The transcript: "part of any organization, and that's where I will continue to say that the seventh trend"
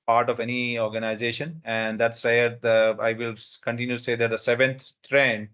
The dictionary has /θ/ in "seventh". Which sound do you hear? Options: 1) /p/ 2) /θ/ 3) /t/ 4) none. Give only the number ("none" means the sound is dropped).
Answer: 3